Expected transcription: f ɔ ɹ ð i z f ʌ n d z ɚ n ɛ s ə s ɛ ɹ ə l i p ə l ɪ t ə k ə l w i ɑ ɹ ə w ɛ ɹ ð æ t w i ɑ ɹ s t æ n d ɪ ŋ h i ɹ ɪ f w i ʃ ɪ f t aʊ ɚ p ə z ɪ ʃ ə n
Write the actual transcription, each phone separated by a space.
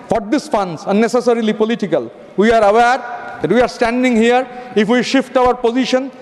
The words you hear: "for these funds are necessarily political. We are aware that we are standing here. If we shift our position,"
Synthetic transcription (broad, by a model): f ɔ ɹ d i s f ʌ n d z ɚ n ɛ s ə s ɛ ɹ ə l i p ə l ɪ t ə k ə l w i ɑ ɹ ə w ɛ ɹ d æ t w i ɑ ɹ s t æ n d ɪ ŋ h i ɹ ɪ f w i ʃ ɪ f t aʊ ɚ p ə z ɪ ʃ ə n